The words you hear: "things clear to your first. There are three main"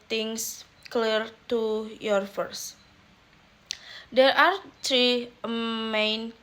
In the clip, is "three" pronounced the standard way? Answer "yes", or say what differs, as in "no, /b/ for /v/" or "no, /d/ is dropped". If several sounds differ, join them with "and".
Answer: no, /t/ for /θ/